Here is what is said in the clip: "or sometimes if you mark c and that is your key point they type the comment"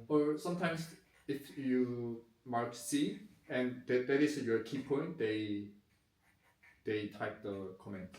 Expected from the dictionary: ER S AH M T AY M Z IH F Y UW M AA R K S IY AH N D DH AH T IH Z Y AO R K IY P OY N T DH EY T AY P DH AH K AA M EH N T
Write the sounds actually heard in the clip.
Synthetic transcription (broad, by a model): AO S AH M T AY M S IH F Y UW M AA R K S IY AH N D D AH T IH S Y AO K IY P OY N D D EY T AY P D AH K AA M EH N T